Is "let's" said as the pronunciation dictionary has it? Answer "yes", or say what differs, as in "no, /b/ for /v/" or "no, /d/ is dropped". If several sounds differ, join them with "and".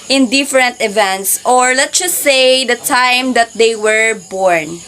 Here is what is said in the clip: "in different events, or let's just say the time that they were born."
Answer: no, /s/ is dropped